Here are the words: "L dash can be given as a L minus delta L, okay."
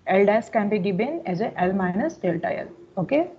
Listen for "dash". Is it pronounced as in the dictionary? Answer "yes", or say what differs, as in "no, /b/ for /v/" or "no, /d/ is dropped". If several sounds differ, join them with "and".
no, /s/ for /ʃ/